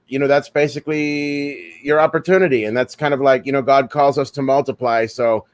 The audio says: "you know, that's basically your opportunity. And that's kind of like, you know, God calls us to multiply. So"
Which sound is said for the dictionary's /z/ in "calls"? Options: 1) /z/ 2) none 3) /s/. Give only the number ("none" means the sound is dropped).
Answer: 1